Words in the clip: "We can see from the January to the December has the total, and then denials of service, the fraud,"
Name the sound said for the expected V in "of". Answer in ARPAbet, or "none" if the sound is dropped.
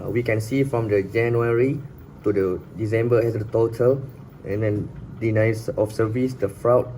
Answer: F